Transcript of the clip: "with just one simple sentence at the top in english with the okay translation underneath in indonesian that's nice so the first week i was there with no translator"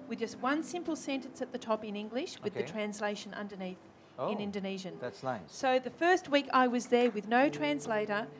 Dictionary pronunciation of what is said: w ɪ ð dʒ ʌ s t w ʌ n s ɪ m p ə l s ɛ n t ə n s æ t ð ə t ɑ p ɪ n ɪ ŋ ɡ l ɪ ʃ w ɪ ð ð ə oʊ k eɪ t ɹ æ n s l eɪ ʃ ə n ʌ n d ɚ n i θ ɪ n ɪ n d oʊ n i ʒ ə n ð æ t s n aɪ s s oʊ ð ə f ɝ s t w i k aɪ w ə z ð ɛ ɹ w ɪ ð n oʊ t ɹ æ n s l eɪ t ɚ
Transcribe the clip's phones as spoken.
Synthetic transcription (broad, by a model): w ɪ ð dʒ ʌ s t w ʌ n s ɪ m p l s ɛ n t ə n s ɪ t ð ə t ɑ p ɪ n ɪ ŋ ɡ l ɪ ʃ w ɪ ð ð ə t ɹ æ n s l eɪ ʃ ə n ʌ n d ɚ n i θ ɪ n ɪ n d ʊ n i ʒ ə n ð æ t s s s oʊ ð ə f ɝ s t w i k aɪ w ə z ð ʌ ɹ w ɪ ð n oʊ t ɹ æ n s l eɪ t ɚ